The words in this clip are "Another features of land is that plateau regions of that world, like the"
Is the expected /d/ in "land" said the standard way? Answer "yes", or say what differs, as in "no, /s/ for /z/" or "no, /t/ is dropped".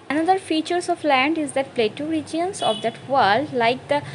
yes